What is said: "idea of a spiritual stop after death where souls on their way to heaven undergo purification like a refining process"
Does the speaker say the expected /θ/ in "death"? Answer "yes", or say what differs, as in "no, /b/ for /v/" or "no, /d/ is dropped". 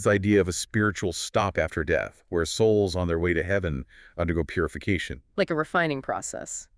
yes